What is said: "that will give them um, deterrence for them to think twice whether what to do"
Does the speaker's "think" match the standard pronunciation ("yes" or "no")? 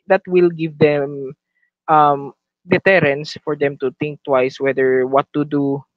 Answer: no